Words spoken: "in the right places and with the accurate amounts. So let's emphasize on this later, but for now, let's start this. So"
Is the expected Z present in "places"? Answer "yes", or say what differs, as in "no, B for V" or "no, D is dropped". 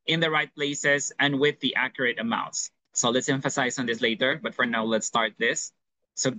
no, S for Z